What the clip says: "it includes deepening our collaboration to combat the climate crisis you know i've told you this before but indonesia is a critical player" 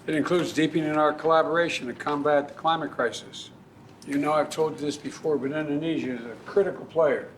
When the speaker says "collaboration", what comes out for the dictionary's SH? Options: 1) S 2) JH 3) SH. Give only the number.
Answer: 3